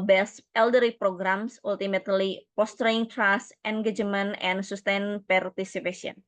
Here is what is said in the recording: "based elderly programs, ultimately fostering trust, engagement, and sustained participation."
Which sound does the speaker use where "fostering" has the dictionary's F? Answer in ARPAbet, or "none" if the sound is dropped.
P